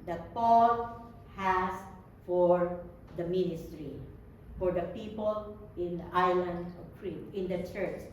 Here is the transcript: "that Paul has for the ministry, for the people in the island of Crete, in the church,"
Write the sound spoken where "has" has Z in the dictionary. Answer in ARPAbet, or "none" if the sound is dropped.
S